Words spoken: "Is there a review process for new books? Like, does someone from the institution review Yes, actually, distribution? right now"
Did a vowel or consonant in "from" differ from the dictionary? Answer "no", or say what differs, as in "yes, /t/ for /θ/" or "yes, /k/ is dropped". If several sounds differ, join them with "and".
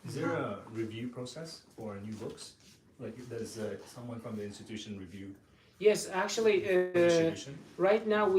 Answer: no